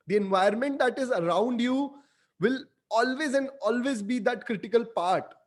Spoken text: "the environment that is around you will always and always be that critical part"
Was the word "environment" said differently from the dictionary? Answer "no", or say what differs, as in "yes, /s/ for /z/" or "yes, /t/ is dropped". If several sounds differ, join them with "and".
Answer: yes, /ɹ/ is dropped